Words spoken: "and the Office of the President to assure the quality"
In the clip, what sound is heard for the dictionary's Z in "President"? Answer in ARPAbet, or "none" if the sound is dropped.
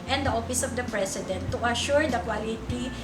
S